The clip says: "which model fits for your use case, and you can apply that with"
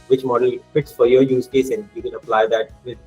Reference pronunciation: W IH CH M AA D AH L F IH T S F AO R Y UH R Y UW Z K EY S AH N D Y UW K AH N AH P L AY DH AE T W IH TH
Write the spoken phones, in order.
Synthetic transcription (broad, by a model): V IH CH M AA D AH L F IH T S F AO R Y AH R Y UW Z K EY S AH N D Y UW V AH L AH P L AY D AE T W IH